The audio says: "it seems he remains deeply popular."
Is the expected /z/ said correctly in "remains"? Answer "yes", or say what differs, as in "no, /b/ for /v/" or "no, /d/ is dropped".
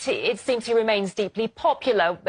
yes